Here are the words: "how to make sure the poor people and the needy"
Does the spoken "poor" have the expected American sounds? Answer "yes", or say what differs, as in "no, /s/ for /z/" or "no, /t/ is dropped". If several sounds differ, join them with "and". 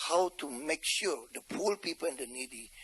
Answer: no, /l/ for /ɹ/